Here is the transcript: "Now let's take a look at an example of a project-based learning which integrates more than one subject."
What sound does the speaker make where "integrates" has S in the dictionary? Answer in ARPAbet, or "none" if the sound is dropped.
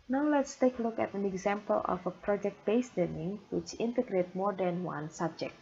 none